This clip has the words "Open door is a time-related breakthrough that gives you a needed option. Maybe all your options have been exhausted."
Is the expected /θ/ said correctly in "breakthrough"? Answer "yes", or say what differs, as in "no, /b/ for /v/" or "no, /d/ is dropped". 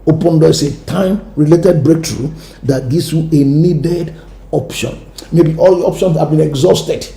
no, /t/ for /θ/